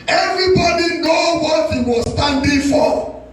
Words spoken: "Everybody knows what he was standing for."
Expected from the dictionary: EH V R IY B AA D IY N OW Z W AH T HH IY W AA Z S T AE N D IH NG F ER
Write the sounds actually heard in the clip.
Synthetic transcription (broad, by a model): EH V R IY B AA D IY N OW W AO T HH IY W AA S T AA N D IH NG F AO